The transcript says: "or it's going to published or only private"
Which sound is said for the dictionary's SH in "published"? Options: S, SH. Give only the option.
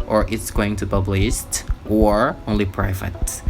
S